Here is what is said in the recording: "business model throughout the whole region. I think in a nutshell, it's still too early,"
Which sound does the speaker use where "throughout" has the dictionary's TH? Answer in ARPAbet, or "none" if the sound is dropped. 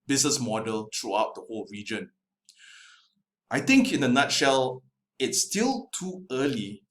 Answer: T